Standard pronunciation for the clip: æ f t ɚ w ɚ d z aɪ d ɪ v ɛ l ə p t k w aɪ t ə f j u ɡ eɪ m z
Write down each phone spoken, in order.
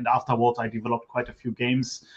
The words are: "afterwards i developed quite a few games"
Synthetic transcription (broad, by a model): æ f t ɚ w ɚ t aɪ d ɪ v ɛ l ə p t k w aɪ t ə f j u ɡ eɪ m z